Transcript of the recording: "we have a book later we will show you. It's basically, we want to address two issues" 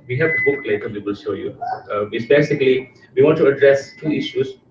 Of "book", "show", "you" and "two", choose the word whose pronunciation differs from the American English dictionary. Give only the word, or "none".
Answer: show